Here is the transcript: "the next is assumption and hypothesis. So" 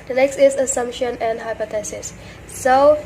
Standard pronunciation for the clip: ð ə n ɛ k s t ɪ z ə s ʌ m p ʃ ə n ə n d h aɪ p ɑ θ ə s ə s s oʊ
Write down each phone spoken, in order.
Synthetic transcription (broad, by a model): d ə n ɛ k s t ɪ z ə s ʌ m p ʃ ə n ə n d h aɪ p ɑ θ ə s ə s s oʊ